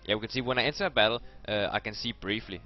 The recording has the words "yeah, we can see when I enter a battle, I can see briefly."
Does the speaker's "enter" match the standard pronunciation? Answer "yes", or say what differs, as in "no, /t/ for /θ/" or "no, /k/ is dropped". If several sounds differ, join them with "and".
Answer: no, /s/ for /t/